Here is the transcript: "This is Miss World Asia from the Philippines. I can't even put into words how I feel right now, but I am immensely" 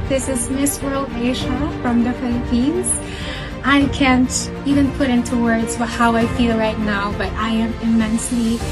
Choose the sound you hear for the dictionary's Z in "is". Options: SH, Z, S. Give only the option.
Z